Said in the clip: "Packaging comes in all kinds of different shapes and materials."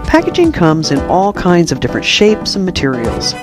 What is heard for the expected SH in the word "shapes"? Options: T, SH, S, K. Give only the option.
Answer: SH